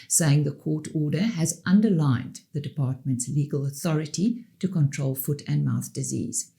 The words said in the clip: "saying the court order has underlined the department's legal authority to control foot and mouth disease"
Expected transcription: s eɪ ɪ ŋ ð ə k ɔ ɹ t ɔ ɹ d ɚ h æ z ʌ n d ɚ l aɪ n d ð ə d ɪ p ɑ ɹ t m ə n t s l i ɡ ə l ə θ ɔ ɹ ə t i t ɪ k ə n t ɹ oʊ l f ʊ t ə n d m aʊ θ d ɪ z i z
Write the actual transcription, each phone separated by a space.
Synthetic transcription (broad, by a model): s eɪ ɪ ŋ ð ə k ɔ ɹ t ɔ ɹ d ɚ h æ z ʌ n d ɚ l aɪ n ð ə d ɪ p ɑ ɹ t m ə n t s l i ɡ ə l ə θ ɔ ɹ ə t i t ɪ k ə n t ɹ oʊ l f ʊ t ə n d m aʊ θ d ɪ z i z